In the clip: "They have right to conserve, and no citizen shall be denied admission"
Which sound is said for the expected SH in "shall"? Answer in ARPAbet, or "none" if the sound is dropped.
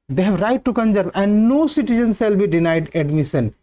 S